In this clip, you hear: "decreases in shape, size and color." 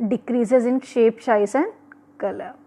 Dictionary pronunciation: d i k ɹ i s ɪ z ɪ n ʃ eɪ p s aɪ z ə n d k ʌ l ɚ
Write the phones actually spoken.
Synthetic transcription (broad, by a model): d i k ɹ i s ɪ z ɪ n ʃ eɪ p ʃ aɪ s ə n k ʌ l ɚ